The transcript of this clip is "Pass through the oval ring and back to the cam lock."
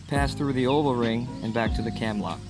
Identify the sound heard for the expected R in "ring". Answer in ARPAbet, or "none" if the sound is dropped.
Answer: R